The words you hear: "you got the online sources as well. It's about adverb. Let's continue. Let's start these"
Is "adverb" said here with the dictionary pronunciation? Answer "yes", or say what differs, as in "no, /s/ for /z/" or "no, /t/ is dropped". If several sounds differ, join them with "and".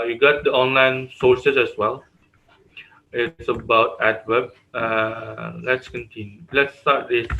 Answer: no, /w/ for /v/